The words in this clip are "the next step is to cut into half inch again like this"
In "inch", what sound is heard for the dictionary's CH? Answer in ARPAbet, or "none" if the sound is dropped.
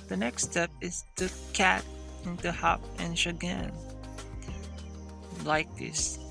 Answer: SH